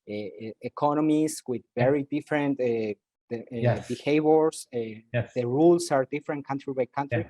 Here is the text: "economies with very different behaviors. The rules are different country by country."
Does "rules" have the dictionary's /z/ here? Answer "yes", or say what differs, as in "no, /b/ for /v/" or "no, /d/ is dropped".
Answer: no, /s/ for /z/